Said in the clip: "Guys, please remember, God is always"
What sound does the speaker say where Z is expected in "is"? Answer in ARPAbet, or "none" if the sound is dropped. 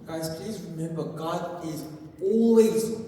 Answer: Z